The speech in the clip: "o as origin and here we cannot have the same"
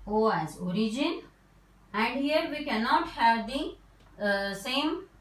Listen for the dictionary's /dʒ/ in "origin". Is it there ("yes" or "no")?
yes